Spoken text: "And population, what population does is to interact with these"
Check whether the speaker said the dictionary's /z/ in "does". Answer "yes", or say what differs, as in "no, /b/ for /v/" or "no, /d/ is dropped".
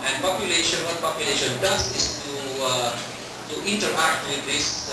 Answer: no, /s/ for /z/